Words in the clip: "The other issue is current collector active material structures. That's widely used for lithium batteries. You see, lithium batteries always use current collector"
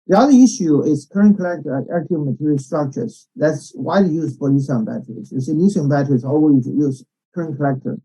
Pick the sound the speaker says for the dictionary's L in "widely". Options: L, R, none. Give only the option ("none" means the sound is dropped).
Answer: none